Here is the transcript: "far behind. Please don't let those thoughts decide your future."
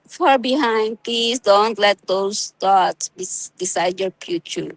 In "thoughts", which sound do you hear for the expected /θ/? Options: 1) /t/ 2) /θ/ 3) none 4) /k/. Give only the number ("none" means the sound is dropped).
1